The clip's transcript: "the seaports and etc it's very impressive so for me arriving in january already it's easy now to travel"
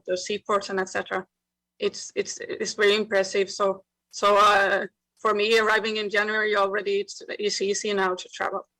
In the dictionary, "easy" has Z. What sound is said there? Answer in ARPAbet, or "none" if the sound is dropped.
S